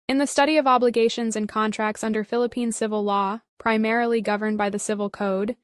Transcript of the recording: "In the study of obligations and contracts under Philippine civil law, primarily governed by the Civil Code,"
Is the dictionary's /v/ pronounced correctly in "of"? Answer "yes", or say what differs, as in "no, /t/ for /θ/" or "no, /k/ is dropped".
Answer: yes